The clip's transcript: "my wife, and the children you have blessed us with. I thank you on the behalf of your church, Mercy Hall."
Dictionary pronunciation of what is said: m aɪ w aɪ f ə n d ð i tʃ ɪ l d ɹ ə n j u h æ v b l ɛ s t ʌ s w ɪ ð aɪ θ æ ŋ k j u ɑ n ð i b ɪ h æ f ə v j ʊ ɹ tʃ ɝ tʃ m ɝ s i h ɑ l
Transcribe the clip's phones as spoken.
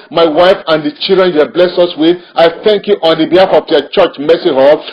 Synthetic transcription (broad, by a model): m aɪ w aɪ f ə n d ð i tʃ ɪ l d ɹ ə n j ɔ b l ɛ s ʌ s w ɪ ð aɪ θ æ ŋ k j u ɑ n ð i b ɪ h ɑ f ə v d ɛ tʃ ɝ tʃ m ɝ s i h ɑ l